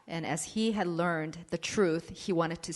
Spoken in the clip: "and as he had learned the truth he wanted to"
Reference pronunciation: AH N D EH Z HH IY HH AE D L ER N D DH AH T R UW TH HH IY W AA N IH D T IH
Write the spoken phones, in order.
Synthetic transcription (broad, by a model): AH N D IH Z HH IY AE D L ER N DH AH T R UW TH HH IY W AA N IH D T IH